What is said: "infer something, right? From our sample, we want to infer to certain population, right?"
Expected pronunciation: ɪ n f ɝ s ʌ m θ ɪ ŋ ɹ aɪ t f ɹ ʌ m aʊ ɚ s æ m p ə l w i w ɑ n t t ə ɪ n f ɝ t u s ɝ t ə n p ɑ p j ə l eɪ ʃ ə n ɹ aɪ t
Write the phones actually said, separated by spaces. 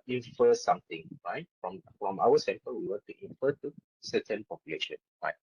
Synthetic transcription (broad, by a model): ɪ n f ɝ s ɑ m t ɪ ŋ ɹ aɪ t f ɹ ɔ m aʊ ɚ s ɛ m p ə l w i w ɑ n t t ə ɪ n f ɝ t u s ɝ t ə n p ɑ p j ə l eɪ ʃ ə n ɹ aɪ t